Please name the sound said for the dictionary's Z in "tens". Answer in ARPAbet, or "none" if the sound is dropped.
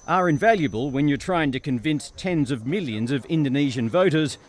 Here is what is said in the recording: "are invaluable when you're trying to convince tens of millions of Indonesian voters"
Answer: Z